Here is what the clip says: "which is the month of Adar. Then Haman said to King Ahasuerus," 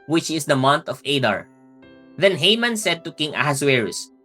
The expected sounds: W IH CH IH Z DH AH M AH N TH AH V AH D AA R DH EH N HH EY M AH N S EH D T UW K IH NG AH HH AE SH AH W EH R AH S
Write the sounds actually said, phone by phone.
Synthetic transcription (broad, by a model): W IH CH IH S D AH M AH N T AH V AH D AA R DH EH N HH EY M AH N S EH D T UW K IH NG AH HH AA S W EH R S